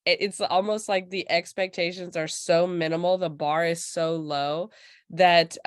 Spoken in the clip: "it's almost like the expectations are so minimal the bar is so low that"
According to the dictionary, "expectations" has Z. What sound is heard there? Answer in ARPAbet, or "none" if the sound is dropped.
Z